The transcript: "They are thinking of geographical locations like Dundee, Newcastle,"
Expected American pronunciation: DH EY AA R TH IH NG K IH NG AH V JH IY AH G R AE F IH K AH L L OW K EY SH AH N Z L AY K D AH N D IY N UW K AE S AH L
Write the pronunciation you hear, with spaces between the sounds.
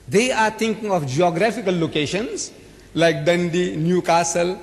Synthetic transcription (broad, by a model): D EY AA R T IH NG K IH NG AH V JH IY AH G R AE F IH K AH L L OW K EY SH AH N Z L AY K D AH N D IY N UW K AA S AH L